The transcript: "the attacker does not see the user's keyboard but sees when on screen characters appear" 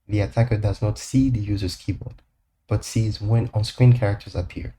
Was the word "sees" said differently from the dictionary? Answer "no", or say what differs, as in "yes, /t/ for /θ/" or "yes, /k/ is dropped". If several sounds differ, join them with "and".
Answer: no